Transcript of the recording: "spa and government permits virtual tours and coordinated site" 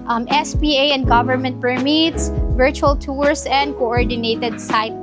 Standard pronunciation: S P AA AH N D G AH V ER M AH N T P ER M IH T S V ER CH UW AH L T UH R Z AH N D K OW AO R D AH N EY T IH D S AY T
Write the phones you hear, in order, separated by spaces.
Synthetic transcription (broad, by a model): S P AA AH N D G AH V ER M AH N T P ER M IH T S V ER CH UW AH L T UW R S AH N D K OW AO R D AH N EY T IH D S AY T